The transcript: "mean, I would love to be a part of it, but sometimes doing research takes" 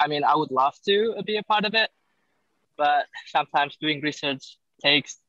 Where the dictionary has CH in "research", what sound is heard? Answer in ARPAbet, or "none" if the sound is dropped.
CH